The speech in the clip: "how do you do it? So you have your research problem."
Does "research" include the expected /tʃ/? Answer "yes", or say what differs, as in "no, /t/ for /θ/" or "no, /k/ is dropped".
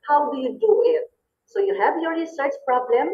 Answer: no, /s/ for /tʃ/